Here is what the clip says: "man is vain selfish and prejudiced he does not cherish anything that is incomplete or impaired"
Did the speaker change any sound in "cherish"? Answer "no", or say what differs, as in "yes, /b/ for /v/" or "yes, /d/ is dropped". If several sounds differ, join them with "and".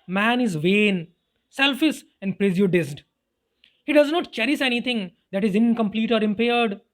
yes, /s/ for /ʃ/